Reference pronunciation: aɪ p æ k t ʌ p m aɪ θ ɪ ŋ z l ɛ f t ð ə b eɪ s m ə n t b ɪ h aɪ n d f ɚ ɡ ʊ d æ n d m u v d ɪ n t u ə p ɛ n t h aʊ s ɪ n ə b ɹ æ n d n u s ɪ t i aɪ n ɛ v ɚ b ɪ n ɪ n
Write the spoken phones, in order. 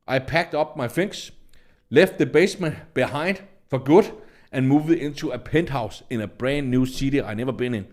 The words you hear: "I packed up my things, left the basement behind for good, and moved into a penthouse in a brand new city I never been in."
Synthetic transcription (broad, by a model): aɪ p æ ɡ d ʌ b m aɪ f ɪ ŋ s l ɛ f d ð ə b eɪ s m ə n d b ɪ h aɪ n d f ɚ ɡ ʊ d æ n m u v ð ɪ n s u ə p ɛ n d h aʊ s ɪ n ə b ɹ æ n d n u s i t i aɪ n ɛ v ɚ b ɪ n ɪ n